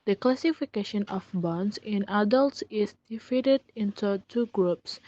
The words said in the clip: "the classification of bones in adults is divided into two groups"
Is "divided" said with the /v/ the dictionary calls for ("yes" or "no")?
no